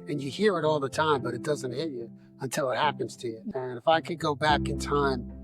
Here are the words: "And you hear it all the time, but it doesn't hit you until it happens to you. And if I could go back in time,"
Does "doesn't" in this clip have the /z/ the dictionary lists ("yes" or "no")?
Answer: yes